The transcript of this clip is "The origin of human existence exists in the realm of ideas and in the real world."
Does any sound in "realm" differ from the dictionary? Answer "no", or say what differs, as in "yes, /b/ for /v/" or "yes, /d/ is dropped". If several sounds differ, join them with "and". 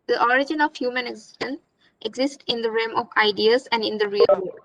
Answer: yes, /l/ is dropped